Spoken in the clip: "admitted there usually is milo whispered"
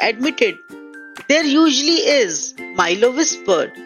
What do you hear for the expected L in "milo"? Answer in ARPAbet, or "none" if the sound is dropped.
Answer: L